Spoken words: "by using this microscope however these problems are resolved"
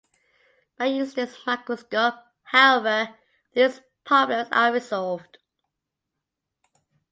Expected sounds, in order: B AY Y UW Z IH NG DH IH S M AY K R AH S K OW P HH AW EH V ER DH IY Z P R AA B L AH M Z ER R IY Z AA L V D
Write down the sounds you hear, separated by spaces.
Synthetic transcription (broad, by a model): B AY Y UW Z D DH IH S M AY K AH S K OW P HH AW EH V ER DH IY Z P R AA B L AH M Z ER R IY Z AA L V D